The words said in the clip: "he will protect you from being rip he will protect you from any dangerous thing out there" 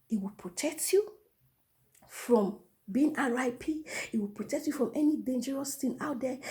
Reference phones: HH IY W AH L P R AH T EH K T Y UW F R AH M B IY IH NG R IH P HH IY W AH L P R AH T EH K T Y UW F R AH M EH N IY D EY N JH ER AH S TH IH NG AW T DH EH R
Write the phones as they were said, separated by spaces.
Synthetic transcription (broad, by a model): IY W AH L P R AH T EH K T Y UW F R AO M B IY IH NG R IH P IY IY W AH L P R AH T EH K T Y UW F R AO M EH N IY D EY N JH ER AH S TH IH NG AW T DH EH